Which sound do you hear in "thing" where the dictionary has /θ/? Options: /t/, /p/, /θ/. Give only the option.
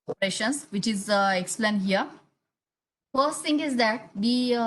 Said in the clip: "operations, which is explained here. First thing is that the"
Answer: /t/